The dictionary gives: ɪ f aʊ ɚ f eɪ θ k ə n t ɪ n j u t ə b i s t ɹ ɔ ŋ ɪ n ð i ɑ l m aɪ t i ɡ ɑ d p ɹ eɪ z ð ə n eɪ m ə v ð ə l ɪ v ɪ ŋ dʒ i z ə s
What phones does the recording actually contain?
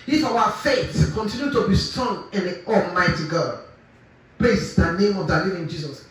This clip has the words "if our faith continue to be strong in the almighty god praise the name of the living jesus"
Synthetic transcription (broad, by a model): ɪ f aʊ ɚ f eɪ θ k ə n t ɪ n j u t ə b i s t ɔ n ɪ n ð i ɑ l m aɪ t i ɡ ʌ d p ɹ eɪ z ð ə n eɪ m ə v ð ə l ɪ v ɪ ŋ dʒ i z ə s